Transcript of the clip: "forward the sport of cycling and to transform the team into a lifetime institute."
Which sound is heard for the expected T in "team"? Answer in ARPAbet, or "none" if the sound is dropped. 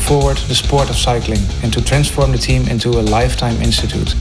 T